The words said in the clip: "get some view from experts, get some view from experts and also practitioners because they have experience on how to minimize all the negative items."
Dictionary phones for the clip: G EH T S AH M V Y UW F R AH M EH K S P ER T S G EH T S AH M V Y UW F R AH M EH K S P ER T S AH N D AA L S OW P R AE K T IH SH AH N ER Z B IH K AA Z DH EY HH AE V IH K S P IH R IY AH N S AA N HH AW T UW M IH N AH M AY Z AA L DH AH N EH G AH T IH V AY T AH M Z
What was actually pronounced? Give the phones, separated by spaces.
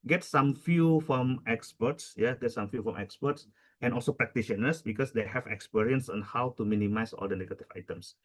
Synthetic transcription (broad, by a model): G EH T S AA M F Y UW F R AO M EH K S P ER T S G EH T S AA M F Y UW F R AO M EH K S P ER T S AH N AA L S OW P R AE K T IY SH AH N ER S B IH K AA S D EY HH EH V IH K S P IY R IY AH N S AA N HH AW T UW M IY N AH M AY S AA L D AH N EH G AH T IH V AY T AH M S